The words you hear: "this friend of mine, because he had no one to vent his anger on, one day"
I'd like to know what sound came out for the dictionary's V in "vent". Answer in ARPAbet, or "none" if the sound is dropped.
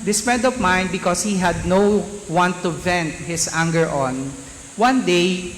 V